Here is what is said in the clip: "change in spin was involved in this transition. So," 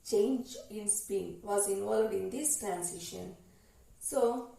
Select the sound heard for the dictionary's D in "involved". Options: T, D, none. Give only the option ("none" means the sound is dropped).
D